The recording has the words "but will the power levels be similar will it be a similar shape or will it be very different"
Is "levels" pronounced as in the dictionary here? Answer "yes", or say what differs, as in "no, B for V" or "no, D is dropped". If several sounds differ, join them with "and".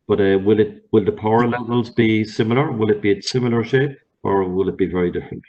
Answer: yes